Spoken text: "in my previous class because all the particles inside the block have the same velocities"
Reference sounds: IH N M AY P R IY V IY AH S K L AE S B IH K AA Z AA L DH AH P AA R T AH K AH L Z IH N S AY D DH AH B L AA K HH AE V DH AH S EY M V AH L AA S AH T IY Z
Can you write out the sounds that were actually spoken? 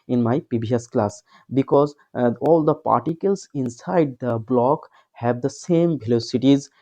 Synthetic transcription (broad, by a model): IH N M AY P IY B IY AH S K L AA S B IH K AA Z AA L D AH P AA R T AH K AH L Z IH N S AY D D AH B L AA K HH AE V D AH S EY M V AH L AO S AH T IY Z